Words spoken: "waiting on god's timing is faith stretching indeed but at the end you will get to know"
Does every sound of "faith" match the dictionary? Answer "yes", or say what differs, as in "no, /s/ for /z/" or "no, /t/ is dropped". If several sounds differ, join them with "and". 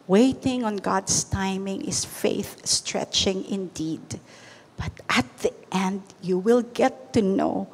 yes